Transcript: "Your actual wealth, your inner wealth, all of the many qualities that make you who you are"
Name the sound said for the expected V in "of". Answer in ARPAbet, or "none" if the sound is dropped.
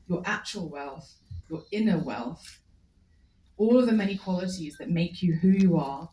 V